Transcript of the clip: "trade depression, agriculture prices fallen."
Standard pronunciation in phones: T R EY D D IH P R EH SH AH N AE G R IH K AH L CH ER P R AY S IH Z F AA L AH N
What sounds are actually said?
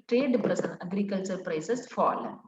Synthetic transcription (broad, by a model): T R EY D D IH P R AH S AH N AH G R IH K AH L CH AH P R AY S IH S F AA L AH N